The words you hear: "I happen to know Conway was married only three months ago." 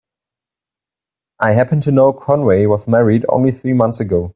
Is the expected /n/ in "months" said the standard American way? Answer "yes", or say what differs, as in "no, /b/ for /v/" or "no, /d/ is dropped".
yes